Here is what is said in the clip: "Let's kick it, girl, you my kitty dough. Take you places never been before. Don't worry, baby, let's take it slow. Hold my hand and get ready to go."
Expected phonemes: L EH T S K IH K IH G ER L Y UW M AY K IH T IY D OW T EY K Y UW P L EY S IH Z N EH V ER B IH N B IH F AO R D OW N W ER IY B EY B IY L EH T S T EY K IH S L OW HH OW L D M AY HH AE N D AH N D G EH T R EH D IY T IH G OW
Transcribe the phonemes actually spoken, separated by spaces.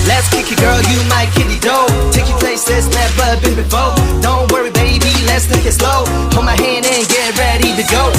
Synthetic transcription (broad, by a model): L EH T S K IH K IH G ER L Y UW M AY K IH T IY D OW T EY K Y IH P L EY S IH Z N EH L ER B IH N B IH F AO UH D OW N W ER IY B EY B IY L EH T S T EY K IH S L OW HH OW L M AY HH AE N D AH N G EH T R EH D IY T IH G OW